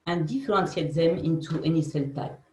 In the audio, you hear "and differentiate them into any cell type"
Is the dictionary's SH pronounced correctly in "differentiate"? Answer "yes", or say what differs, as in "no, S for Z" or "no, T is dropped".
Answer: no, S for SH